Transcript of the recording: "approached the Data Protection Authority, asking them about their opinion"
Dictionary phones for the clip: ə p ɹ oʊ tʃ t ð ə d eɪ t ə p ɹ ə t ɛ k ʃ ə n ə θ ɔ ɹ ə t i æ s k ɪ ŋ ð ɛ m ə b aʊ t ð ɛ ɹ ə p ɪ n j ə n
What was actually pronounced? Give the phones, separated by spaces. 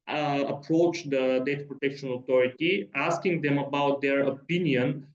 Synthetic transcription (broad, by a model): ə p ɹ oʊ tʃ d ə d eɪ t ə p ɹ ə t ɛ k ʃ ə n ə t ɔ ɹ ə t i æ s k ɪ ŋ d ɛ m ə b aʊ t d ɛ ɹ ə p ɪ n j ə n